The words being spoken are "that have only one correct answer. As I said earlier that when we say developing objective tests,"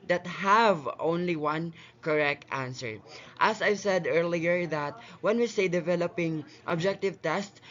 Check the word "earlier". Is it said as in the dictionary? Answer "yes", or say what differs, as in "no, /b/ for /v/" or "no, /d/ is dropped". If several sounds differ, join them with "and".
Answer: yes